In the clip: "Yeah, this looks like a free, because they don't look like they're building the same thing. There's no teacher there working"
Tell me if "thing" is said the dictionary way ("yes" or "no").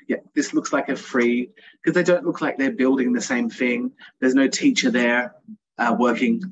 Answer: yes